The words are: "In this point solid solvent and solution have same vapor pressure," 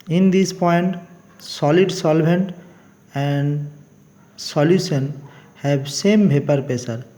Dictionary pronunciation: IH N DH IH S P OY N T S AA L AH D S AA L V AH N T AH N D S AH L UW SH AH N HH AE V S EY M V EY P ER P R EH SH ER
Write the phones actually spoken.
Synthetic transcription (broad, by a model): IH N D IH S P OY N T S AA L AH D S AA L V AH N T AH N D S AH L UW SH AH N HH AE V S EY M B EY P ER P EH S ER